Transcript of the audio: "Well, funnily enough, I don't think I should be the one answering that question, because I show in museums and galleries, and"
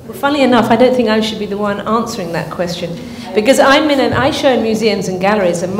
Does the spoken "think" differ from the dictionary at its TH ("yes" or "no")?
no